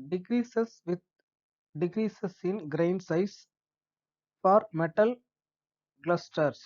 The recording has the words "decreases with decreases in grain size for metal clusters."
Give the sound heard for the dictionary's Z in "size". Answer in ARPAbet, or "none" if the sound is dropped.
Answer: S